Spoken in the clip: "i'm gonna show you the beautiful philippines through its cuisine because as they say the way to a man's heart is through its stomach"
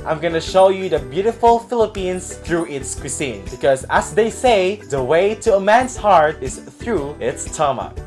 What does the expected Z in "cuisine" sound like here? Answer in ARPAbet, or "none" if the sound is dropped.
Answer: S